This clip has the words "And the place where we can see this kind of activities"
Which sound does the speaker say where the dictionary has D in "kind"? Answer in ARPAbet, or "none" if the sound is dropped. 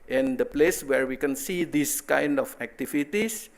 D